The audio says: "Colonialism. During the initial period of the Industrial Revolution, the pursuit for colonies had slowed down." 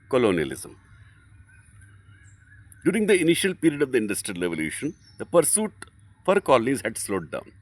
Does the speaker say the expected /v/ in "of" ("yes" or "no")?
yes